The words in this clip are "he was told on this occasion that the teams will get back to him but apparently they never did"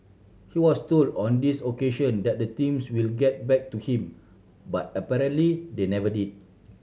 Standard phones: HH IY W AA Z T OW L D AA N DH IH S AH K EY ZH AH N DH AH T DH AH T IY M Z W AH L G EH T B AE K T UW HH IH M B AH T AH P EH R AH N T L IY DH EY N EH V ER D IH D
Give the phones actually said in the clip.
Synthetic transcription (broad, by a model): HH IY W AA S T OW L D AA N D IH S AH K EY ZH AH N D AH T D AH T IY M S W AH L G EH T B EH K T UW HH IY M B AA T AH P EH R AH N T L IY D EY N EH V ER D IH D